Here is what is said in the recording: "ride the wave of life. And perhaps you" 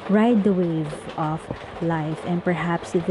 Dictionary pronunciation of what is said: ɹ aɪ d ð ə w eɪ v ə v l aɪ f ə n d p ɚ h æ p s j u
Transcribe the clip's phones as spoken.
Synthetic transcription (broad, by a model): ɹ aɪ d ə w eɪ v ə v l aɪ f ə n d p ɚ h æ p s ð